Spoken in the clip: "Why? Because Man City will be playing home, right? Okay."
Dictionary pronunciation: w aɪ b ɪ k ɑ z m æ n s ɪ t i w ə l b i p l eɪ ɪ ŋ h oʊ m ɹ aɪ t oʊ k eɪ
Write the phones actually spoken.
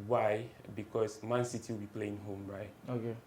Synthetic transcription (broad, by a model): w aɪ b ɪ k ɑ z m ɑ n s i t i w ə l b i p l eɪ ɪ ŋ h oʊ m ɹ aɪ t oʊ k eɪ